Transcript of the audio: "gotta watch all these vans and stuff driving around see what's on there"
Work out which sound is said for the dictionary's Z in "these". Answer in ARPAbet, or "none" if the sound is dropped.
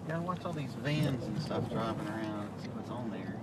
Z